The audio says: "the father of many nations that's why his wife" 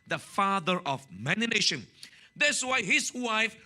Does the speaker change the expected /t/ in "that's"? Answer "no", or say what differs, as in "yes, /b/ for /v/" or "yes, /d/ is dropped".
yes, /s/ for /t/